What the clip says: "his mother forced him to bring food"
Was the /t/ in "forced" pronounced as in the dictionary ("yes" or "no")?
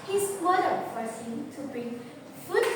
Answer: no